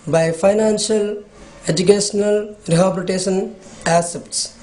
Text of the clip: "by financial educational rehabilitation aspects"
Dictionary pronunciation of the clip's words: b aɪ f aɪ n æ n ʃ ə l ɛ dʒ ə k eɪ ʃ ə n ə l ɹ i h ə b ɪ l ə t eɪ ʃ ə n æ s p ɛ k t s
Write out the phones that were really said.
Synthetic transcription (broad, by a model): b aɪ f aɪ n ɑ n s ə l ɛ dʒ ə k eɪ s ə n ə l ɹ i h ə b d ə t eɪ s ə n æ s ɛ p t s